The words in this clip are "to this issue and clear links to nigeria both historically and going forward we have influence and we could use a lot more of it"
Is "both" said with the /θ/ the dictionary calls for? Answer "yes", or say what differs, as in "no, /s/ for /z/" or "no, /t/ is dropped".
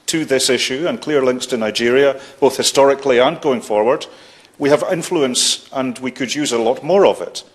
yes